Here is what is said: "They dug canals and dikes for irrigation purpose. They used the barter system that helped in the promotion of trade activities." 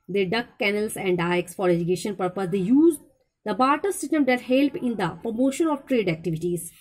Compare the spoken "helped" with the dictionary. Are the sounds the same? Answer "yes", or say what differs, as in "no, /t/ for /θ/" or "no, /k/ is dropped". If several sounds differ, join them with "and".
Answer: no, /t/ is dropped